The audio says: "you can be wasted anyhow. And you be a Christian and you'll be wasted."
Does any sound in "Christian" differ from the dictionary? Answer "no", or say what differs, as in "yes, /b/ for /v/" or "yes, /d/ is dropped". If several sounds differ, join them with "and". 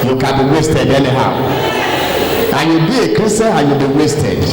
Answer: yes, /tʃ/ is dropped and /n/ is dropped